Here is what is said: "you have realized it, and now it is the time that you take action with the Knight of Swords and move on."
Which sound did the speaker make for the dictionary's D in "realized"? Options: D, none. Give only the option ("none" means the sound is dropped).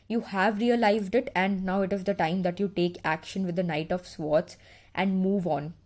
D